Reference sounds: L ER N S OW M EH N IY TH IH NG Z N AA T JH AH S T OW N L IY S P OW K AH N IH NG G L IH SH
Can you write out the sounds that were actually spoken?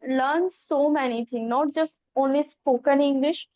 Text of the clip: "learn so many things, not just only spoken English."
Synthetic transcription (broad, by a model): L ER N S OW M EH N IY T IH NG N AA T JH AH S T OW N L IY S P OW K AH N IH NG G L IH SH